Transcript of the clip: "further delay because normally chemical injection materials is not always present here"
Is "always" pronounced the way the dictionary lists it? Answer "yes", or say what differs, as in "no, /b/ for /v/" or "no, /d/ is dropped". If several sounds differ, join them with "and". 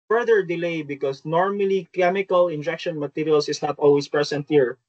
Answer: no, /s/ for /z/